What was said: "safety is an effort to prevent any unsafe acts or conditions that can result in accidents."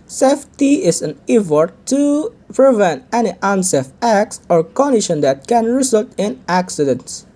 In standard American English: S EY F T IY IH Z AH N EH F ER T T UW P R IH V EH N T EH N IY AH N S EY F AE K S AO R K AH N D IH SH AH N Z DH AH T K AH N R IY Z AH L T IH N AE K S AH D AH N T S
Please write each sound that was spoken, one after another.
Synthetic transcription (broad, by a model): S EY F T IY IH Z AH N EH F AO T T UW P R IH V EH N T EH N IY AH N S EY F AE K S AO R K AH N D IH SH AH N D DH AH T K AH N R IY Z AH L T IH N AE K S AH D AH N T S